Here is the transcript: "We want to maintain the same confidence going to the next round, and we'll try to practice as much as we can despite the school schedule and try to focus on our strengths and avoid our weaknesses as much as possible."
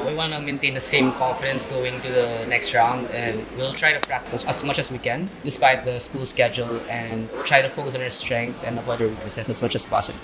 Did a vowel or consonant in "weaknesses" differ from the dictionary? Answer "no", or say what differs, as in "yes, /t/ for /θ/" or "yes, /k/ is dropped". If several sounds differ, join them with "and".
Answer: yes, /s/ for /z/